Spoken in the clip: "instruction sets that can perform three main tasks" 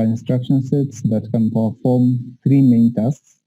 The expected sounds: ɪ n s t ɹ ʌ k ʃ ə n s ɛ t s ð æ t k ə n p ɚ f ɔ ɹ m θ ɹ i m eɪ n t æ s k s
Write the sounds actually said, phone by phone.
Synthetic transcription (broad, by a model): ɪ n s t ɹ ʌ k ʃ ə n s ɛ t s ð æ t k ə n p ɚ f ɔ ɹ m t ɹ i m eɪ n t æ s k s